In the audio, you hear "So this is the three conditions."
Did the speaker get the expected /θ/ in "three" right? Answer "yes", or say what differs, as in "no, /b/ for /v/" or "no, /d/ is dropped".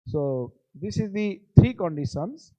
no, /t/ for /θ/